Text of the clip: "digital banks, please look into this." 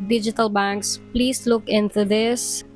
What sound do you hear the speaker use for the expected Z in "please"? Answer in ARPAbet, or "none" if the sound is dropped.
S